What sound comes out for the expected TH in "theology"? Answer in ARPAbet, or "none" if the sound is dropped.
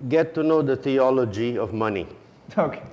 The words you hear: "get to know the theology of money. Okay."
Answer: T